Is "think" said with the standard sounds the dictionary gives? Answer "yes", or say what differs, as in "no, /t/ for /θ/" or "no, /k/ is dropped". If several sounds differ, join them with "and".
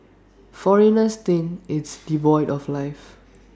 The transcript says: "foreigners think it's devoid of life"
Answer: no, /k/ is dropped